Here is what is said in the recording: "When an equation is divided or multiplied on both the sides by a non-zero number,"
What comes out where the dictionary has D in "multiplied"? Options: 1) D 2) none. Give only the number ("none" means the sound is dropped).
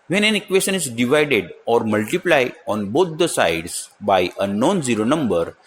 2